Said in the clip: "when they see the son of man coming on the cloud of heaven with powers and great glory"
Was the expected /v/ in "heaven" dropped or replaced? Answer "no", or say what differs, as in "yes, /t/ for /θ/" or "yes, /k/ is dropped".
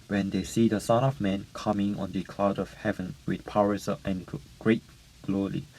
no